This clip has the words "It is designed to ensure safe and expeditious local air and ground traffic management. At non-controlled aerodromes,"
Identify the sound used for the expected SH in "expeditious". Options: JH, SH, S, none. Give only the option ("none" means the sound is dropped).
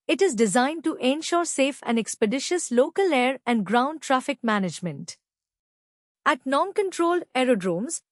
SH